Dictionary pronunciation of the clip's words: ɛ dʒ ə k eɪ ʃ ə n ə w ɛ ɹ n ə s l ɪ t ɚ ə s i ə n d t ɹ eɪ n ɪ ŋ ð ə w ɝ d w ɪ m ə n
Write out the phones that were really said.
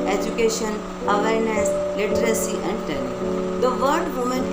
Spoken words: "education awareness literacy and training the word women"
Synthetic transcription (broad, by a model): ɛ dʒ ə k eɪ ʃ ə n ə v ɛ ɹ n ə s l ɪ t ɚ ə s i ə n d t eɪ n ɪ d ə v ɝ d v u m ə n